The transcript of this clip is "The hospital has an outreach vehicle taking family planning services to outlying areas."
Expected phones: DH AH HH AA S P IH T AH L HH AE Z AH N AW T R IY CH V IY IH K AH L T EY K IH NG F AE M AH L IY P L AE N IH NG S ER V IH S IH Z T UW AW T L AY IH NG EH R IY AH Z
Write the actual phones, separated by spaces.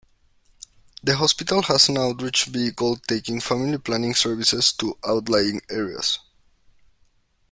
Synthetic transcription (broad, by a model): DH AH HH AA S P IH T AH L HH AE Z AH N AW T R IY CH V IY K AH L T EY K IH NG F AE M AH L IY P L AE N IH NG S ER V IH S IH S T UW AW T L AY IH NG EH R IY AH S